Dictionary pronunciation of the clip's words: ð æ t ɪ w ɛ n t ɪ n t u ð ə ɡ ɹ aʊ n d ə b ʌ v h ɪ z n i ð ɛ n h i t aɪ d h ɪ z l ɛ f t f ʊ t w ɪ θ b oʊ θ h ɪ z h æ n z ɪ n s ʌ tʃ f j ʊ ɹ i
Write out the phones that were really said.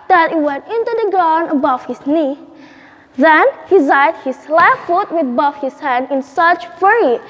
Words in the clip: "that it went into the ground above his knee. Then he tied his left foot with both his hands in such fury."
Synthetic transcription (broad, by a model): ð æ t ɪ w ɛ n t ɪ n t u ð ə ɡ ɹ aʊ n ə b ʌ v h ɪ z n i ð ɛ n h i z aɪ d h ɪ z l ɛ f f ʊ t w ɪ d b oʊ f h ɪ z h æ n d ɪ n s ʌ tʃ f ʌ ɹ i